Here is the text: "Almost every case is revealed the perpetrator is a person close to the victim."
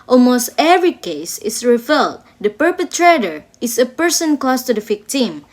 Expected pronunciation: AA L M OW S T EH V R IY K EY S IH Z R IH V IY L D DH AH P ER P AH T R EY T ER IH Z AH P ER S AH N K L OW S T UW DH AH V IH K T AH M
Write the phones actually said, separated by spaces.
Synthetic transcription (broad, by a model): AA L M OW S T EH V R IY K EY S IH S R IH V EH L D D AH P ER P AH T R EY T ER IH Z AH P ER S AH N K OW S T UW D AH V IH K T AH M